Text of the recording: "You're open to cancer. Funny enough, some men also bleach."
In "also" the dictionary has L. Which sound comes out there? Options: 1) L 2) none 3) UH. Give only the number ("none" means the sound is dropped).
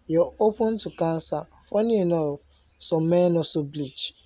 2